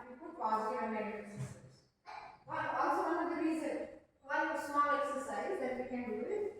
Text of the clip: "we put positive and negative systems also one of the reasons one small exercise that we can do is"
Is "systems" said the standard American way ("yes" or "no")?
no